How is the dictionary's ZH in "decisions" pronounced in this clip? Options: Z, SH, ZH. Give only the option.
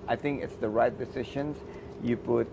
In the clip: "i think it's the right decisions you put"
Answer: SH